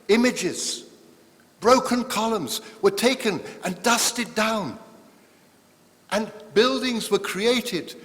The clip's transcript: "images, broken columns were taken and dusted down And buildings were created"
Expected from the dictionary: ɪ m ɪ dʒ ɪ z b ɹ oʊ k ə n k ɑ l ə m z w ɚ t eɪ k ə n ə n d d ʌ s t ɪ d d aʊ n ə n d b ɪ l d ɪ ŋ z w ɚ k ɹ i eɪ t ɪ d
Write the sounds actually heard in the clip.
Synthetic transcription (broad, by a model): ɪ m ɪ dʒ ɪ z b ɹ oʊ k ə n k ɑ l ə m z w ɚ t eɪ k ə n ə n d d ʌ s t ɪ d d aʊ n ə n b ɪ l d ɪ ŋ z w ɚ k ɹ i eɪ t ɪ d